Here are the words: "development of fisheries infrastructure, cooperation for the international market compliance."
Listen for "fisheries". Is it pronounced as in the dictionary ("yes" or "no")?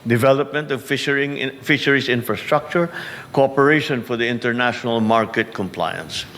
no